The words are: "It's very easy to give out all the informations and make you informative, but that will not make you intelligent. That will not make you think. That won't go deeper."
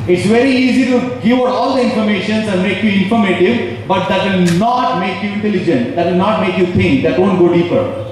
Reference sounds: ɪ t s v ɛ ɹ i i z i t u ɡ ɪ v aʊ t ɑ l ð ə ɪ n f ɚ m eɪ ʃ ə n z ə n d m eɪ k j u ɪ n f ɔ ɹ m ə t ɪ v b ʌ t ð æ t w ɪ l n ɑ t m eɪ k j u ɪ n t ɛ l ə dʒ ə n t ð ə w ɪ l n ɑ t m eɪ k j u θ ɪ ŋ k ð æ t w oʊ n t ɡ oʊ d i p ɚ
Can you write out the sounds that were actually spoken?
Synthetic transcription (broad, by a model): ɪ t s v ɛ ɹ i i z i t u ɡ ɪ v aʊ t ɑ l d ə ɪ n f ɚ m eɪ ʃ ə n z ə n d m eɪ k j u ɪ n f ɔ ɹ m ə t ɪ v b ʌ t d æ t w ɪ l n ɑ t m eɪ k j u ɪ n t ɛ l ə dʒ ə n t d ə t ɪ l n ɑ t m eɪ k j u t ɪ ŋ k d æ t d oʊ n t ɡ oʊ d i p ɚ